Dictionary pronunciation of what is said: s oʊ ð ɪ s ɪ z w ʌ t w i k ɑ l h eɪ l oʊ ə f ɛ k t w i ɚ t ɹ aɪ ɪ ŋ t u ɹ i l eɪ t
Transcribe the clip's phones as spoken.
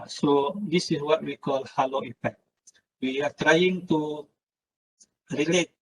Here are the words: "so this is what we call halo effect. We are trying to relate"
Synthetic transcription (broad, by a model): s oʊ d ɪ s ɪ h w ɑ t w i k ɑ l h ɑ l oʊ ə p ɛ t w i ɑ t ɹ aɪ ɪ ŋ t u ɹ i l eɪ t